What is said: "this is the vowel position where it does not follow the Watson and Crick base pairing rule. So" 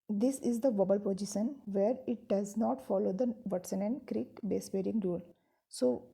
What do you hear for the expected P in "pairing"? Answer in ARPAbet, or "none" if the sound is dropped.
B